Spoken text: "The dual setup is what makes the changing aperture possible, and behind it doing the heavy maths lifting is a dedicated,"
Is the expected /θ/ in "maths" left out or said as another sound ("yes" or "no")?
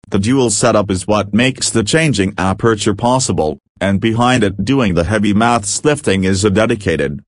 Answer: no